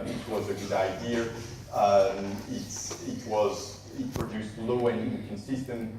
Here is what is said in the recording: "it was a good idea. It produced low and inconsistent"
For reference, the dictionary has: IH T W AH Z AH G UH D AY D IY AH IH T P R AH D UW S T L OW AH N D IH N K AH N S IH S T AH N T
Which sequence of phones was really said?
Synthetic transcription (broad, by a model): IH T W AH Z AH G UH D AY D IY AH IH T P R AH D UW S T L OW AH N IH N K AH N S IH S T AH N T